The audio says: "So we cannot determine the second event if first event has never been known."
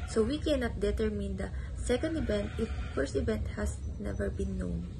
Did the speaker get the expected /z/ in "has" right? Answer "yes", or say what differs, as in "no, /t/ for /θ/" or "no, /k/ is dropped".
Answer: no, /s/ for /z/